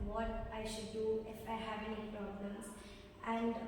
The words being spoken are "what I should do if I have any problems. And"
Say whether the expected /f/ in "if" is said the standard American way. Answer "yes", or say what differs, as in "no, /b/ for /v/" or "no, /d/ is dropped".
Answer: yes